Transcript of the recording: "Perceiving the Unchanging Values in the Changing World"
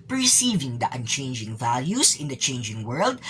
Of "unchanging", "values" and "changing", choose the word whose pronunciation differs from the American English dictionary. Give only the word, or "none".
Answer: values